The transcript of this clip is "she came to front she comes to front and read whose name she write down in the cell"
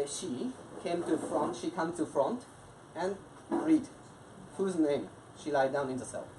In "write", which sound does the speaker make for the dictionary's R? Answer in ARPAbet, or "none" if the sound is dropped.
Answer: L